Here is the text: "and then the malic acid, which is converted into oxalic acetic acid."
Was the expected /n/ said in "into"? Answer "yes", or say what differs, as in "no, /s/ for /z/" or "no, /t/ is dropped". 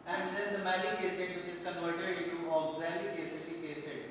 no, /n/ is dropped